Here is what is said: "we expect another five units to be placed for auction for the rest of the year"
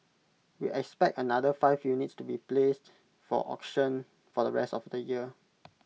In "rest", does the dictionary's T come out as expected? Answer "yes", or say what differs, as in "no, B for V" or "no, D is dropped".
yes